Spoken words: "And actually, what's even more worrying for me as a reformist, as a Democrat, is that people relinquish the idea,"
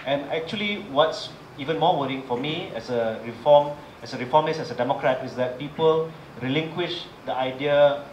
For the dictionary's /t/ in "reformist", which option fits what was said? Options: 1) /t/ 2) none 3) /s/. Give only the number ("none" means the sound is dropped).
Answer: 2